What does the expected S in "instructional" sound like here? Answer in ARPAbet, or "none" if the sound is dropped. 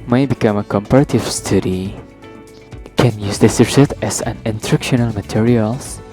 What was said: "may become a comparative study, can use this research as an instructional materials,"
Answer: none